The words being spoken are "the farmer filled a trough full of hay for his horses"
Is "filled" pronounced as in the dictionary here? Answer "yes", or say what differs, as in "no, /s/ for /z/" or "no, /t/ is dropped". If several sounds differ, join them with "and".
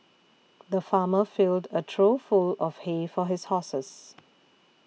yes